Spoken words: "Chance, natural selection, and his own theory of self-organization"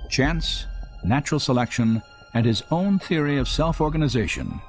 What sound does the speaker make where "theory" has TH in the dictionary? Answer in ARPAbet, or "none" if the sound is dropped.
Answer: TH